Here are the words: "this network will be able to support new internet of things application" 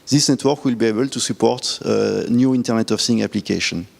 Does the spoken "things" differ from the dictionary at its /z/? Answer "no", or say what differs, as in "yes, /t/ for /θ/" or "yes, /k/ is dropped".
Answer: yes, /z/ is dropped